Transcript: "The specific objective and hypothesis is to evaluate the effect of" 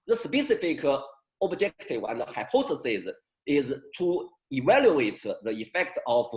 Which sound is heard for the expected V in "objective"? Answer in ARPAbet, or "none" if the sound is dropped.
W